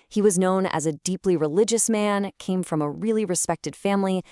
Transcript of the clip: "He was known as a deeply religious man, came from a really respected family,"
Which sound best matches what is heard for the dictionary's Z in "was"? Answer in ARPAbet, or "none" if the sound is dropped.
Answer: Z